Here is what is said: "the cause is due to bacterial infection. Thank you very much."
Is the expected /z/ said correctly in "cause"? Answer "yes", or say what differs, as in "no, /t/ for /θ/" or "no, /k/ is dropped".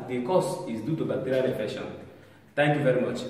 no, /s/ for /z/